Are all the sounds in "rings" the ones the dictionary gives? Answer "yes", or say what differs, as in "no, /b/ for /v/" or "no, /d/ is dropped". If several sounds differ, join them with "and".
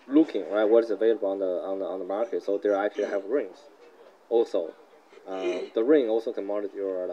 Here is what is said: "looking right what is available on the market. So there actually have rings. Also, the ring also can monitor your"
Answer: yes